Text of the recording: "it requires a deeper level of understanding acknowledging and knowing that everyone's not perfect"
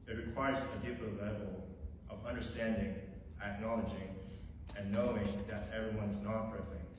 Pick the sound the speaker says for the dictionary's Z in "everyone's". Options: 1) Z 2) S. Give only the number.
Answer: 1